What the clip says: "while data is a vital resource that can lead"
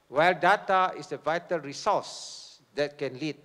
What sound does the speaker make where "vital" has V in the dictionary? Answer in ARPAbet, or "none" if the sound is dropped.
V